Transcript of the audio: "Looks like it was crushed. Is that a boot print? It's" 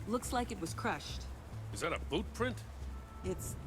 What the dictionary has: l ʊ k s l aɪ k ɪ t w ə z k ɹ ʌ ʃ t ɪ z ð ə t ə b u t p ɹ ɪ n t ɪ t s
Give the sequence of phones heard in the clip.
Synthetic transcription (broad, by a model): l ʊ k s l aɪ k ɪ t w ə z k ɹ ʌ ʃ t ɪ z ð ə t ə b u t p ɹ ɪ n t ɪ t s